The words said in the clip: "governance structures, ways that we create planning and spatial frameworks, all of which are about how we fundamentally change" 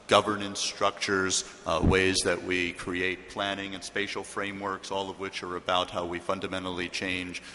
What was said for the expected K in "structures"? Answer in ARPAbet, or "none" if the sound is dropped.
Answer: K